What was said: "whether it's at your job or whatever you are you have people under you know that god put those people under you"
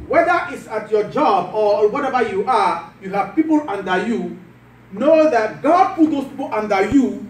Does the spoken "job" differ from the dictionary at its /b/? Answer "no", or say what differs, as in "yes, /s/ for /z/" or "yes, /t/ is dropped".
no